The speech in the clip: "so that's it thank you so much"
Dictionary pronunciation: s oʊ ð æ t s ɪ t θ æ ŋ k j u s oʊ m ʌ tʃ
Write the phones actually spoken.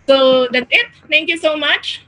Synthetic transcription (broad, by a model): s oʊ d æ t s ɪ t t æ ŋ k j u s oʊ m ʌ tʃ